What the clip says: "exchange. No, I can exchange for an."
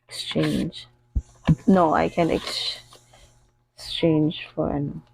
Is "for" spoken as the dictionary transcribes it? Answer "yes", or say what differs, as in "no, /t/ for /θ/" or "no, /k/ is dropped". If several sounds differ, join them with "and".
yes